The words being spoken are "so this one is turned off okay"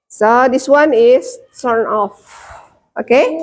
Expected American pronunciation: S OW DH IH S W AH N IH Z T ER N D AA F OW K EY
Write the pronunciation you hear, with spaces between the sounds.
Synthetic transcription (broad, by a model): S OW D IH S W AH N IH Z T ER N AA F OW K EY